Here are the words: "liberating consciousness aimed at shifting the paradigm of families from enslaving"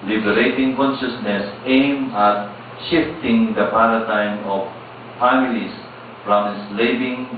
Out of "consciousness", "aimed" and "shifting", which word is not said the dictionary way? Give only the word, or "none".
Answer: aimed